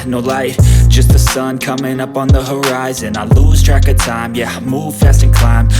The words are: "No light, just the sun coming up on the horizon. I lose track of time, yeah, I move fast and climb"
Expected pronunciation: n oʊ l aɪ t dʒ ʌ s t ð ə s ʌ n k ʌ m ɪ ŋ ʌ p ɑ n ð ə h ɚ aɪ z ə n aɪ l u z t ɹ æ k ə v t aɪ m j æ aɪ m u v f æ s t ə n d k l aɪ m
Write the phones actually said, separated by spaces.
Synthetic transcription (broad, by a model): n oʊ l aɪ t dʒ ʌ s t ð ə s ʌ n k ʌ m ɪ ŋ ʌ p n ð ə h ɚ aɪ z ə n aɪ l u z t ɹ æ k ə t aɪ m j æ m u v f æ s t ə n k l aɪ m